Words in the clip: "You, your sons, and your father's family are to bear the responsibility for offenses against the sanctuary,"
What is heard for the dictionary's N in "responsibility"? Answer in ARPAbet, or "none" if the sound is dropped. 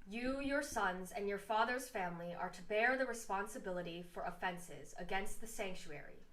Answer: N